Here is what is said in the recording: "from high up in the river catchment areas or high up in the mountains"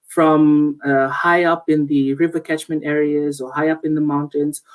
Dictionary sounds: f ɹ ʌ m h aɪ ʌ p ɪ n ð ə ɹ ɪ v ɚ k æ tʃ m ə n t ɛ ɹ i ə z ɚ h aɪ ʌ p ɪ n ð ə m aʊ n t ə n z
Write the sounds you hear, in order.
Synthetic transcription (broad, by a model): f ɹ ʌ m h aɪ ʌ p ɪ n ð ə ɹ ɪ v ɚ k æ tʃ m ə n t ɛ ɹ i ə z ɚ h aɪ ʌ p ɪ n ð ə m aʊ n t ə n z